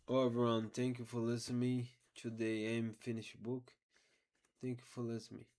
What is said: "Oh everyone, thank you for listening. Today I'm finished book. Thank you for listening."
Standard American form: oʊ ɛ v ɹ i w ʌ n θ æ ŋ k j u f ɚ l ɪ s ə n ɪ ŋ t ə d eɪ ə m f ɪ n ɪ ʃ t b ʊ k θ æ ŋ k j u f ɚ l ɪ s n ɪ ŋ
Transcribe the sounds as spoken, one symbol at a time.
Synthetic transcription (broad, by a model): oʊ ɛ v i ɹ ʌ n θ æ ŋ k j u f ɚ l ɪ s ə n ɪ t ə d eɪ ə m f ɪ n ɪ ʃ b ʊ k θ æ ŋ k j u f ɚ l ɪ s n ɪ